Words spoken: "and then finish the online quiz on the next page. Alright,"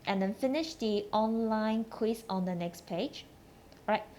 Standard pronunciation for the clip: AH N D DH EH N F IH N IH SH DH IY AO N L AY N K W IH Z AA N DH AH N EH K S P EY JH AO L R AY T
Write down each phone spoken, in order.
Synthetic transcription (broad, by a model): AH N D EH N F IH N IH SH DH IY AO N L AY N K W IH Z AA N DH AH N EH K S P EY JH R AY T